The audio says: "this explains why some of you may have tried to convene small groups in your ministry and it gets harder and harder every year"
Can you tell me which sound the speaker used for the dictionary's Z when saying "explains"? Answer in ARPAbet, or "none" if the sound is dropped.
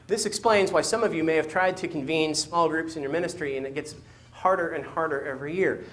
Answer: Z